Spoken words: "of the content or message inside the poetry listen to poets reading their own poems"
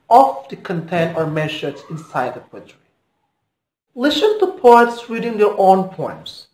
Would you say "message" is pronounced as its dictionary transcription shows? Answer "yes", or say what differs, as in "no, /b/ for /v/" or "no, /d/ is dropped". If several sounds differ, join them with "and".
no, /z/ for /dʒ/